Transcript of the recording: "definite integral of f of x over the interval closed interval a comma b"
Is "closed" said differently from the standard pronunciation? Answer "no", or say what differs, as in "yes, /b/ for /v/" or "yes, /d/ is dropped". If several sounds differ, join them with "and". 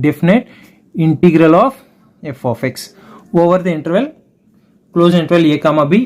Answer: yes, /d/ is dropped